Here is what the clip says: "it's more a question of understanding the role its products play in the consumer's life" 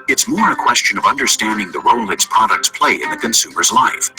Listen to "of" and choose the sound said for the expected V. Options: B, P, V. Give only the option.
V